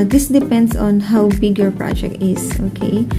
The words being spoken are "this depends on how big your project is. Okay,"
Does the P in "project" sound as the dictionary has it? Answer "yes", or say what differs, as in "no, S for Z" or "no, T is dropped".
yes